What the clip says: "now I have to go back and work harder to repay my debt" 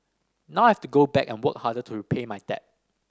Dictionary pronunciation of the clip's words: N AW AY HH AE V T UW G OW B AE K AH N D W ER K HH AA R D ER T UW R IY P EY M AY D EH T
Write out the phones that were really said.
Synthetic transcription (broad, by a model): N AW AY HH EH F T UW G OW B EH K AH N W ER K HH AA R D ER T UW R IY P EY M AY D EH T